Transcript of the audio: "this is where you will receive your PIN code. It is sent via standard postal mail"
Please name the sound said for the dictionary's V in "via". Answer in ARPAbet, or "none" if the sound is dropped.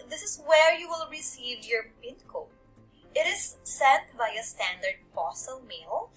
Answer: B